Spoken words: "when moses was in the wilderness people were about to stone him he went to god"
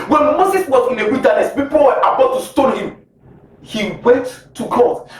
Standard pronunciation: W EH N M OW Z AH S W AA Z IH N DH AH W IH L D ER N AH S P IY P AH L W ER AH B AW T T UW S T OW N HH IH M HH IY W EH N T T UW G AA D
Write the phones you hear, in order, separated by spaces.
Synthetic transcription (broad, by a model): W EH N M OW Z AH S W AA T IH N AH W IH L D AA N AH S P IY P AH L W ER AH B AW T T UW S T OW L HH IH M HH IY W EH N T T UW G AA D